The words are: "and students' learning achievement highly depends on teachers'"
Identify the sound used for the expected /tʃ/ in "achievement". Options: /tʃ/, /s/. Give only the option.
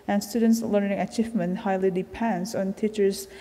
/tʃ/